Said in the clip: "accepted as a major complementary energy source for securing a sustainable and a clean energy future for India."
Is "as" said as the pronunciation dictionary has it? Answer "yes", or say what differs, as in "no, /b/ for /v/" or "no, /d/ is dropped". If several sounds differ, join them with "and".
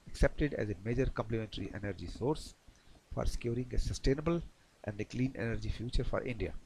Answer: yes